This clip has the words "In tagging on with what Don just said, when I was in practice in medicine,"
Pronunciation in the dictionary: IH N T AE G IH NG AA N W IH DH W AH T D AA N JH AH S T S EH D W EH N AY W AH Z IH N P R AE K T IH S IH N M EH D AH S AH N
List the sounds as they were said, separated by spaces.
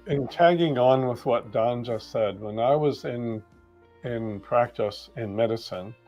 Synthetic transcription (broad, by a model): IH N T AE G IH NG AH N W IH DH W AH T D AA N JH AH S S EH D W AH N AY W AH Z IH N P R AE K T IH S IH N M EH D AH S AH N